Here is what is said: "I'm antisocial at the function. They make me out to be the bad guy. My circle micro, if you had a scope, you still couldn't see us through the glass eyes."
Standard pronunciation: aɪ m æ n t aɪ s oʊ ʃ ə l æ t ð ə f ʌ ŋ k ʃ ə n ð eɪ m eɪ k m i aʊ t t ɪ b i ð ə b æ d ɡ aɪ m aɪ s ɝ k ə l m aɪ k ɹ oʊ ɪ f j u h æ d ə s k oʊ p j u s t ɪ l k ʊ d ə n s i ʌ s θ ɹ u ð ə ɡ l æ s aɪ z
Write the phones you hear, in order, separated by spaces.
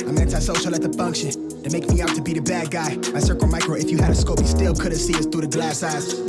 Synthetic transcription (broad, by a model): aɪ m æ n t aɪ s oʊ ʃ l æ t ð ə f ʌ ŋ k ʃ ə n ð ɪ m eɪ k m i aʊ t t ɪ b i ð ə b æ d ɡ aɪ m aɪ s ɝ k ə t m aɪ k ɹ oʊ ɪ f j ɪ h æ d ə s k oʊ p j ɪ s t ɪ l k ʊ d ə s i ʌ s θ ɹ u ð ə ɡ l æ s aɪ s